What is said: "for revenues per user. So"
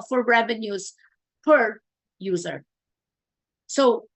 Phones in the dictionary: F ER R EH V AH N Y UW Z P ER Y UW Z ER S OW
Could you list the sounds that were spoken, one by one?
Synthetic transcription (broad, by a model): F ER R EH V AH N Y UW Z P ER Y UW Z ER S OW